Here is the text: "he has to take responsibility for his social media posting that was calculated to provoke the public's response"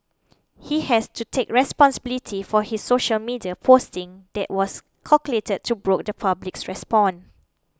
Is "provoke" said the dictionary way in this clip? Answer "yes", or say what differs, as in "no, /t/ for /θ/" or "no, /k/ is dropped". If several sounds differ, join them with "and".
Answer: no, /b/ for /p/